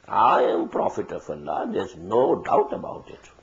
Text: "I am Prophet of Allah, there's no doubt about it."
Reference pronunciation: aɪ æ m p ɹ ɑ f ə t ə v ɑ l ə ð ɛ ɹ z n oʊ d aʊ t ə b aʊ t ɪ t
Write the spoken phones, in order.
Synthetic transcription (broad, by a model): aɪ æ m p ɹ ɑ f ə t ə f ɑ l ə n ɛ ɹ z n oʊ d aʊ t ə b aʊ t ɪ t